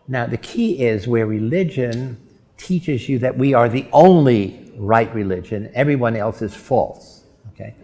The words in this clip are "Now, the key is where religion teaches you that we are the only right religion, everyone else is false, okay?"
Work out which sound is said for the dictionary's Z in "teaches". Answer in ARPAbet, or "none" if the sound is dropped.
Z